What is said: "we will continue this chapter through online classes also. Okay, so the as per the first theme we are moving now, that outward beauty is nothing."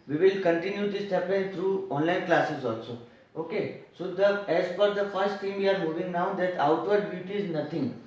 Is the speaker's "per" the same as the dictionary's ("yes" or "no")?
no